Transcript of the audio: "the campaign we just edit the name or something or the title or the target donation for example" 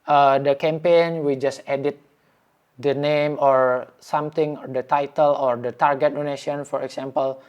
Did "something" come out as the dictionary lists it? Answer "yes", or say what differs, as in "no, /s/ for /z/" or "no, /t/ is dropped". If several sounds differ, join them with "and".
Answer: no, /t/ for /θ/